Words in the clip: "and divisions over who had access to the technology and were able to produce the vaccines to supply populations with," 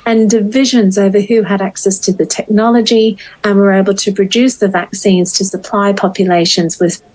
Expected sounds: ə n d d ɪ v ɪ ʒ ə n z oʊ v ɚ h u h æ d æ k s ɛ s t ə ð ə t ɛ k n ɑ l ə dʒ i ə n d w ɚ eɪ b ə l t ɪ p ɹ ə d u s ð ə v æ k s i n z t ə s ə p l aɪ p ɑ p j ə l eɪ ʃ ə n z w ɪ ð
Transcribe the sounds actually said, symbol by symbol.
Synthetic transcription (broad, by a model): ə n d d ɪ v ɪ ʒ ə n z oʊ v ɚ h u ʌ d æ k s ɛ s t ə ð ə t ɛ k n ɑ l ə dʒ i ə n w ɚ eɪ b ə l t ɪ p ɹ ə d u s ð ə v æ k s i n z t ə s ə p l aɪ p ɑ p j ə l eɪ ʃ ə n z w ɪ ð